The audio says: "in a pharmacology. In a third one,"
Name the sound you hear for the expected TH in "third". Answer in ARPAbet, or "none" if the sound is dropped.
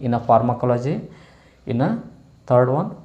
T